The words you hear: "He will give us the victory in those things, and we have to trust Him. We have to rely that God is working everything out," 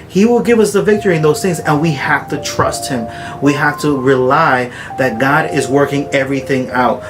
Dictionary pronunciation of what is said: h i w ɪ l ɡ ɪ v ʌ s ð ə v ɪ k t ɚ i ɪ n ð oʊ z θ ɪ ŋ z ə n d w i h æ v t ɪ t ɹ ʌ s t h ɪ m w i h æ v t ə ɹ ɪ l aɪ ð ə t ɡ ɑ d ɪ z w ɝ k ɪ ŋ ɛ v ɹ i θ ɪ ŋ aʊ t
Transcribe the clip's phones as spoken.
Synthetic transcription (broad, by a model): h i w ɪ l ɡ ɪ v ʌ s ð ə v ɪ k t ɚ i ɪ n ð oʊ z θ ɪ ŋ z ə n w i h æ f t ɪ t ɹ ʌ s t h ɪ m w i h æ f t ə ɹ ɪ l aɪ ð ə t ɡ ɑ d ɪ z w ɝ k ɪ ŋ ɛ v ɹ i θ ɪ ŋ aʊ t